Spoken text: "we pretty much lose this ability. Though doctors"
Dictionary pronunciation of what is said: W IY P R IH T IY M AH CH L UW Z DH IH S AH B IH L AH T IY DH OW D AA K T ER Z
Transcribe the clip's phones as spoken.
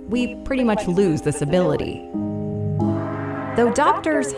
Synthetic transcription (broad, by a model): W IY P R IH T IY M AH CH L UW Z DH IH S AH B IH L AH T IY DH OW D AA K T ER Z